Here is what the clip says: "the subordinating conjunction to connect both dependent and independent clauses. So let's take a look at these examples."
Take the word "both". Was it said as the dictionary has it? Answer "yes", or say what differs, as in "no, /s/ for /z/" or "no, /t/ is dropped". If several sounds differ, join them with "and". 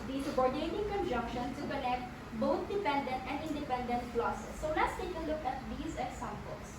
no, /t/ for /θ/